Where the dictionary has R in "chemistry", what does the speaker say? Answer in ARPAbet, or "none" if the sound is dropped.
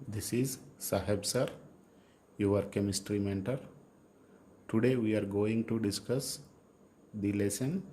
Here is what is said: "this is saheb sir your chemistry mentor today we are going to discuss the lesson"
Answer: R